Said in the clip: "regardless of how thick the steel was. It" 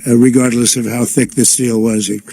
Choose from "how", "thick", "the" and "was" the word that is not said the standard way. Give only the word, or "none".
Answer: none